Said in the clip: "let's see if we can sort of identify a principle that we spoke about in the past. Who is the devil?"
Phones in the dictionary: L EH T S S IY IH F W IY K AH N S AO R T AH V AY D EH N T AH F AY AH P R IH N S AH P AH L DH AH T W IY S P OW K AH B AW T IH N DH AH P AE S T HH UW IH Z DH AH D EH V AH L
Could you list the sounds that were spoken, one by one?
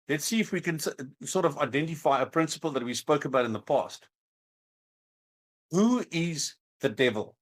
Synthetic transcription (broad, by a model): L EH T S S IY IH F W IY K AH N S AO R T AH V AY D EH N T AH F AY AH P R IH N S AH P AH L DH AH T W IY S P OW K AH B AW T IH N DH AH P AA S T HH UW IH Z DH AH D EH V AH L